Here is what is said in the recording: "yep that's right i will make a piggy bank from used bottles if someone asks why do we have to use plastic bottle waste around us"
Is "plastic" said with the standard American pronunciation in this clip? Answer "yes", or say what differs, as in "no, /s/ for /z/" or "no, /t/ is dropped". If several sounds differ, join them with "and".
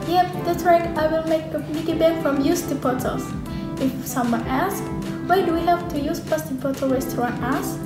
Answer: no, /l/ is dropped